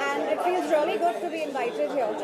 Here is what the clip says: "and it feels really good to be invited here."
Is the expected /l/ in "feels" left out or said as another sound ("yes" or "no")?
no